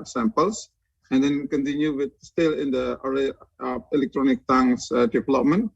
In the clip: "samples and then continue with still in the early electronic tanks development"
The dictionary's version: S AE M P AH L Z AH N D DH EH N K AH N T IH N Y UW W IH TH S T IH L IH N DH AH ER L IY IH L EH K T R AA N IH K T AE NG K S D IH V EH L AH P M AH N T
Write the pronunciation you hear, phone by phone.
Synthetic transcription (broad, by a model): S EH M P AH L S AH N D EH N K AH N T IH N Y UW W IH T S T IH L IH N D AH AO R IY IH L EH K T R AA N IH K T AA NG S D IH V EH L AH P M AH N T